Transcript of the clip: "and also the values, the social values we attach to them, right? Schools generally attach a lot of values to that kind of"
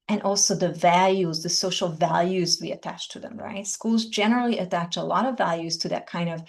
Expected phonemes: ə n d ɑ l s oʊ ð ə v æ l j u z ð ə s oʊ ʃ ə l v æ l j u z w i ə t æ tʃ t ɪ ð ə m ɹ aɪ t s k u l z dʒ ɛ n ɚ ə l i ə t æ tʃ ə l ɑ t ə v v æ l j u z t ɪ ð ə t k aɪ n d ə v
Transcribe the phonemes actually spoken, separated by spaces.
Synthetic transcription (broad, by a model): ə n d ɑ l s oʊ ð ə v æ l j u z ð ə s oʊ ʃ l v æ l j u z w i ə t æ tʃ t ɪ ð ə m ɹ aɪ t s k u l z dʒ ɛ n ɚ l i ə t æ tʃ ə l ɑ t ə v v æ l j u z t ɪ ð ə t k aɪ n d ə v